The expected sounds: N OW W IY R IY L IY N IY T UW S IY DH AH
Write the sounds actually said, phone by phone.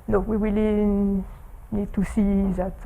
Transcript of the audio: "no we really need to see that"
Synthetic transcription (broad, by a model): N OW W IY W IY L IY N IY T UW S IY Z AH